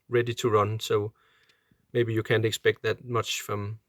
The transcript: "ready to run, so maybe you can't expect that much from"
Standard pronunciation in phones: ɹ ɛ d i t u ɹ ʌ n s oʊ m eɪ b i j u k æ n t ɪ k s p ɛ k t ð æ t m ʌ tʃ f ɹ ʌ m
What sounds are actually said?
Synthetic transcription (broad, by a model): ɹ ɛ d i t u ɹ ʌ n s oʊ m eɪ b i j u k æ n t ɪ k s p ɛ k t ð æ t m ʌ tʃ f ɹ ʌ m